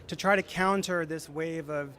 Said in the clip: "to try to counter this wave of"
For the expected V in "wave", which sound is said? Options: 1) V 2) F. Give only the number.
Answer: 1